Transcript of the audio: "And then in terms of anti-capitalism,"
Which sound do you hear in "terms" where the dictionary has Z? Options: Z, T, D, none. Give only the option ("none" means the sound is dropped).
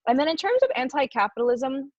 Z